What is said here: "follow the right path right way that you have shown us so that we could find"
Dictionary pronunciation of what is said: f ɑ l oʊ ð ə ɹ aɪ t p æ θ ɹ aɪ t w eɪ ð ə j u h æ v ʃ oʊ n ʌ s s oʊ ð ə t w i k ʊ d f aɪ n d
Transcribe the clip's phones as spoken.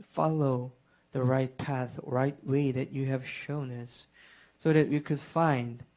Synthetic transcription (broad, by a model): f ɑ l oʊ ð ə ɹ aɪ t p æ θ ɹ aɪ t w eɪ ð ə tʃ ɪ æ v ʃ oʊ n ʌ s s oʊ ð ə t w i k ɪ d f aɪ n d